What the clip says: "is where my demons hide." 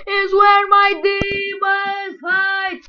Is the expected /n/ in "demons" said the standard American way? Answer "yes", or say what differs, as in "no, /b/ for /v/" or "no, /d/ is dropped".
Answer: no, /n/ is dropped